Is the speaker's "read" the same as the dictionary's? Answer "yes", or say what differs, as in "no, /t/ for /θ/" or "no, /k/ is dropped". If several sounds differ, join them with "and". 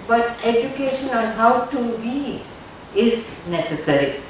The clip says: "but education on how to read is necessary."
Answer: no, /d/ is dropped